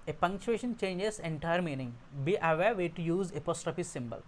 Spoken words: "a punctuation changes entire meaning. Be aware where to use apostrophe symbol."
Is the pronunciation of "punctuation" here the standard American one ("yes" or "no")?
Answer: yes